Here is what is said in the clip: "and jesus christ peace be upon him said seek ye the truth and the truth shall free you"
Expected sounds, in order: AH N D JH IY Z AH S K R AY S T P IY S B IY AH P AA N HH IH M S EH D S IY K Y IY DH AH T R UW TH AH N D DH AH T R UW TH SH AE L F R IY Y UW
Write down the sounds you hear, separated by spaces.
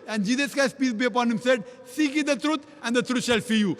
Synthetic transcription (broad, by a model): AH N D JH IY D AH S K AY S P IY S B IY AH P AA N HH IH M S EH D S IY K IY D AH T R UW T AH N D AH T R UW T SH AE L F IY Y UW